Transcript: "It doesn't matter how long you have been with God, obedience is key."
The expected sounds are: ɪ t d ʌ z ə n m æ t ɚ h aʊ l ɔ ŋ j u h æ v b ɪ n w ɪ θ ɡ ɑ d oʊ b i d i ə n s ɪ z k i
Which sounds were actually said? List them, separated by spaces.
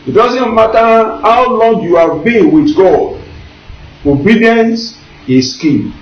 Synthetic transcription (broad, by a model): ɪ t d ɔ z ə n m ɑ t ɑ h aʊ l ɔ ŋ j u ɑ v b ɪ n w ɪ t ɡ ɑ d oʊ b i d i ə n s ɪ s k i